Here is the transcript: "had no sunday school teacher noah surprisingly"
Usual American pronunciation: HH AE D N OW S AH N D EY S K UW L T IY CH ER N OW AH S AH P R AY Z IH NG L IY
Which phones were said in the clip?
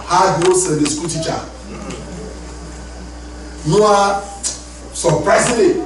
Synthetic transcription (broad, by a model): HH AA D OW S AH D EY S K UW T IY CH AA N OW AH S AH P R AY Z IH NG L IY